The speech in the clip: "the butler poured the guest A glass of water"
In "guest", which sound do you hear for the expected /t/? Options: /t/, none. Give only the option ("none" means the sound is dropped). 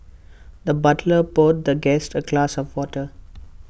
/t/